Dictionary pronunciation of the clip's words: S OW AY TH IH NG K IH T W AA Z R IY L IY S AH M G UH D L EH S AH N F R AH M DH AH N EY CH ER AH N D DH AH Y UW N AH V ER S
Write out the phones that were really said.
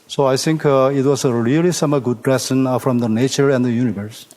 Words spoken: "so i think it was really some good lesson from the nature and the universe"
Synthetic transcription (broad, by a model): S OW AY T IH NG K IH T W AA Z R IY L IY S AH M G UH D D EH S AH N F R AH M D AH N EY CH ER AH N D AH Y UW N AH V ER S